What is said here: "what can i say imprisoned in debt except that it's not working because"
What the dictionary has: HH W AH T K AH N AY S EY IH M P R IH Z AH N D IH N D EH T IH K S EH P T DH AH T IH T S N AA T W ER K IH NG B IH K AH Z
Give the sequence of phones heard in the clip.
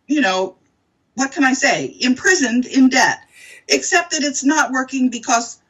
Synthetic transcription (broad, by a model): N W AH T K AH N AY S EY IH M P R IH Z AH N D IH N D EH T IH K S EH P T DH AH T IH T S N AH T W ER K IH NG B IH K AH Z